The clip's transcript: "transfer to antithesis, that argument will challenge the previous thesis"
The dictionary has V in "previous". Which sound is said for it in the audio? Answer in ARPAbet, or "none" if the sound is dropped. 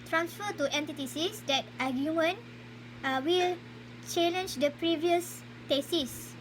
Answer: V